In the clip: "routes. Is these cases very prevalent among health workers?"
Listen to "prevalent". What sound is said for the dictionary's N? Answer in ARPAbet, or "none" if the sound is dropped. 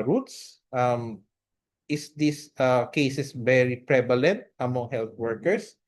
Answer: N